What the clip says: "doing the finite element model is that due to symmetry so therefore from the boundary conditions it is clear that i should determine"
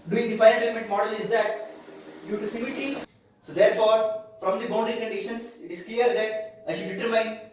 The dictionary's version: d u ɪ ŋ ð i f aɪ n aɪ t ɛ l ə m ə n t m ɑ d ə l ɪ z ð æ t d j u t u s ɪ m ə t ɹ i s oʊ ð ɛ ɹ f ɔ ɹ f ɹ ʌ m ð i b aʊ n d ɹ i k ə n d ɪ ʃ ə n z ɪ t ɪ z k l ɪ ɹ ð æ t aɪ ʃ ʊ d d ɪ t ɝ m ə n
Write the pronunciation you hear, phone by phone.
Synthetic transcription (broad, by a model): d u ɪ ŋ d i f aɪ aɪ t ɛ l ə m ə n t m ɑ d ə l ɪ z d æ t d j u t u s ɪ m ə t i s oʊ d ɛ ɹ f ɔ ɹ f ɹ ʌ m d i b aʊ n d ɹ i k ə n d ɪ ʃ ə n s ɪ t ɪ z k l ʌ ɹ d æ t aɪ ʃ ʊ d d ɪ t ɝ m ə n